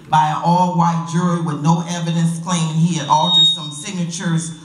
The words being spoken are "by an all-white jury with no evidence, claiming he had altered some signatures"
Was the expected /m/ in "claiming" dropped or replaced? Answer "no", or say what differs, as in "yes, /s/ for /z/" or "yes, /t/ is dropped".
yes, /m/ is dropped